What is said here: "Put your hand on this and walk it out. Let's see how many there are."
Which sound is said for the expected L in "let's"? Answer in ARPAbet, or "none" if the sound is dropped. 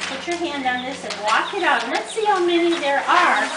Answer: N